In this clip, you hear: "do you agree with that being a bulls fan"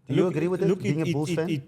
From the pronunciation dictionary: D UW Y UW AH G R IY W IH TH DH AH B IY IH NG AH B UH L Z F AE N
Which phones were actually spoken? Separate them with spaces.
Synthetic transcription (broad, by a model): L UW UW AH G R IY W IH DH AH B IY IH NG AH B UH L F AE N